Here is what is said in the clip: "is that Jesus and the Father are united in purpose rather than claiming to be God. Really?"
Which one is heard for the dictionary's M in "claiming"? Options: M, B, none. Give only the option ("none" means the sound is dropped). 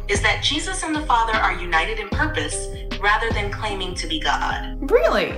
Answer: M